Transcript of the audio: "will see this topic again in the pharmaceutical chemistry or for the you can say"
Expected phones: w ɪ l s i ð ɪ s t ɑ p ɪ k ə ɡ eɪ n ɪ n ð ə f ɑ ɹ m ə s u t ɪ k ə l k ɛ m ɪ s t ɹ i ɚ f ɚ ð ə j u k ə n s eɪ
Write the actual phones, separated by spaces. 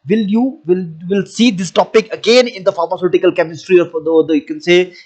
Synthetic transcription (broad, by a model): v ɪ l s i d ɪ s t ɑ p ɪ k ə ɡ eɪ n ɪ n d ə f ɑ ɹ m ə s u t ɪ k ə l k ɛ m ɪ s t ɹ i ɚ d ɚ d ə j u k ə n s eɪ